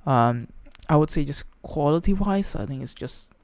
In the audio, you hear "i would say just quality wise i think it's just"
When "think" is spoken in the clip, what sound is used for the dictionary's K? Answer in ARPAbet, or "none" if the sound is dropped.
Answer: none